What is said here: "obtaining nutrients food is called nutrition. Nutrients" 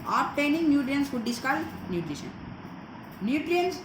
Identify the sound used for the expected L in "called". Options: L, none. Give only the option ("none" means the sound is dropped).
none